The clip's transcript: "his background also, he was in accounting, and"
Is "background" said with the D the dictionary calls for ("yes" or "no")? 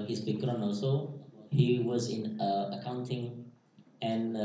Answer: no